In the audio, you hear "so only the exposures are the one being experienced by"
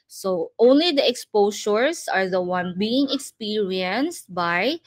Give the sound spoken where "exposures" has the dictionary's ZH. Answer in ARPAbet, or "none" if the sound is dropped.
SH